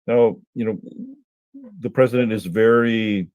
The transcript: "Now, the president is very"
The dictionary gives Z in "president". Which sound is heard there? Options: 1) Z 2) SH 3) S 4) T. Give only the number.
1